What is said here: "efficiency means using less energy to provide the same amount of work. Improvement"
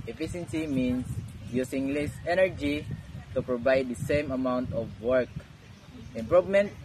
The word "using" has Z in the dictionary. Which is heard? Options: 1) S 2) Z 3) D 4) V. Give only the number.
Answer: 1